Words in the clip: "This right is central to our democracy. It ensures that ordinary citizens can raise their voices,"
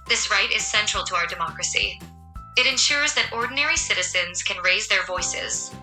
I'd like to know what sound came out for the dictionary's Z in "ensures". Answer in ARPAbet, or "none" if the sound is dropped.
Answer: Z